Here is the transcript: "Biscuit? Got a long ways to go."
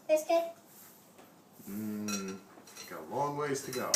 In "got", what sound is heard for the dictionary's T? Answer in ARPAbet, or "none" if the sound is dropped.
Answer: none